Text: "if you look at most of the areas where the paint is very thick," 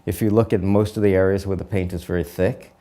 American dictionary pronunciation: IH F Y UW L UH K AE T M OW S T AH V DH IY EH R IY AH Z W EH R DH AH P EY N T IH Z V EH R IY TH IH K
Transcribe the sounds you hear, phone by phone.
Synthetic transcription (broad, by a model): IH F Y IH L UH K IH T M OW S T AH V DH IY EH R IY AH Z W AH R DH AH P EY N T IH Z V EH R IY TH IH K